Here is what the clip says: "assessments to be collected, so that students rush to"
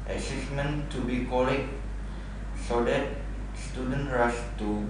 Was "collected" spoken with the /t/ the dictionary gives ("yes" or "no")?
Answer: no